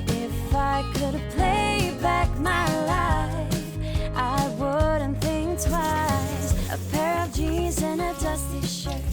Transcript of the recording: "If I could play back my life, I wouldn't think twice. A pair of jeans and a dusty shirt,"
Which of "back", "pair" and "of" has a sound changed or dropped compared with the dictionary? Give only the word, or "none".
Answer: none